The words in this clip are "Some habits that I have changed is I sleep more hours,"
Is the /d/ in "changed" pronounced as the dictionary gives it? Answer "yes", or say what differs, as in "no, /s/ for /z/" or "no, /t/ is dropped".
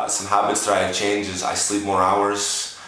no, /d/ is dropped